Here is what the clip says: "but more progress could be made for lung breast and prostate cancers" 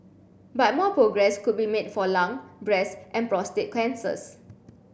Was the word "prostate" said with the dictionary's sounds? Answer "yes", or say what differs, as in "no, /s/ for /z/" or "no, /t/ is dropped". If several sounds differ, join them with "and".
yes